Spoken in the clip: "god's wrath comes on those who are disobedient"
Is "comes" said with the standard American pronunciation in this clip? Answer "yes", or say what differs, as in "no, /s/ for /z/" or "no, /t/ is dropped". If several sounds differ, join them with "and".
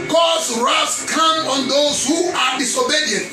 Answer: no, /z/ is dropped